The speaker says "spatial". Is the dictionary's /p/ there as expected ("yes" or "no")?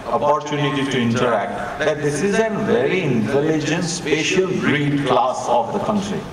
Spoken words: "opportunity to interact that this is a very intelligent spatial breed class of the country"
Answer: yes